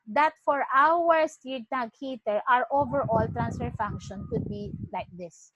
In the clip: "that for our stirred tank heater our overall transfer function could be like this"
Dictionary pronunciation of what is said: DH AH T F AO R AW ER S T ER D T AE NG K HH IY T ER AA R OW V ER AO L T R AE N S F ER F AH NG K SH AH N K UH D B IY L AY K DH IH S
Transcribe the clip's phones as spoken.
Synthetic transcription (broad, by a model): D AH T F AO R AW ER S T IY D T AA K HH IY T ER AA R OW V ER AO L T R AE N S F ER F AH NG K SH AH N K UH D B IY L AY K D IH S